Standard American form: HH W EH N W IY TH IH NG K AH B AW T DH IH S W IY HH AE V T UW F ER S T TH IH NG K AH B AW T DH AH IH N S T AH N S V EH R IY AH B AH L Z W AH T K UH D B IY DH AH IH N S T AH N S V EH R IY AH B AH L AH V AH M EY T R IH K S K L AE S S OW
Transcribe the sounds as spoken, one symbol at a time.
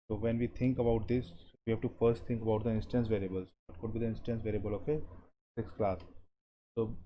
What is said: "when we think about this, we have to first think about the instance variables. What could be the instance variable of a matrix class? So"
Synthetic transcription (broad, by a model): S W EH N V IY T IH NG K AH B AW T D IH S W IY HH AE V T UW F ER S T T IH NG K AH B AW T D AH IH N S T AH N S V EH R IY AH B AH L Z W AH T K UH D B IY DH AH IH N S T AH N S V EH R IY AH B AH L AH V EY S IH K S K L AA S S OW